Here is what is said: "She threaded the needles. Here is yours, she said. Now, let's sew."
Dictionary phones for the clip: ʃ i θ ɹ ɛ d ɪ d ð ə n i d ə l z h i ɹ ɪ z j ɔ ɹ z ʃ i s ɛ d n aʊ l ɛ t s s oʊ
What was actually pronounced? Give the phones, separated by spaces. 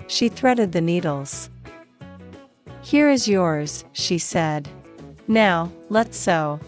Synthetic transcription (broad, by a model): ʃ i θ ɹ ɛ d ɪ d ð ə n i d l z h i ɹ ɪ z j ɔ ɹ z ʃ i s ɛ d n aʊ l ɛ t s s oʊ